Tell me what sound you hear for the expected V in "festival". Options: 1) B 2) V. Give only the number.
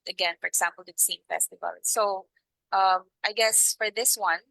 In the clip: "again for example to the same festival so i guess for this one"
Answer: 2